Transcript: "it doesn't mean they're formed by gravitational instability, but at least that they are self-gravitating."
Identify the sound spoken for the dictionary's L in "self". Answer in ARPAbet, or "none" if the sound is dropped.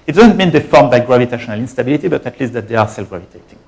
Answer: L